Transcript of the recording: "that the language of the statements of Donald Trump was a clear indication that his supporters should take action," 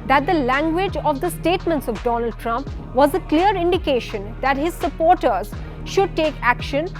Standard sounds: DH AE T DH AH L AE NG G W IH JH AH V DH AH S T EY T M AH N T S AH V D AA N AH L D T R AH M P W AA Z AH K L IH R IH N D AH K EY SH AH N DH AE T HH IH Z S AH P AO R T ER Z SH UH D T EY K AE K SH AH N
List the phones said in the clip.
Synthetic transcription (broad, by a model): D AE T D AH L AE NG G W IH JH AH V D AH S T EY T M AH N T S AH V D AA N AH L D T R AH M P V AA Z AH K L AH R IH N D AH K EY SH AH N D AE T HH IH Z S AH P AO R T ER Z SH UH D T EY K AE K SH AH N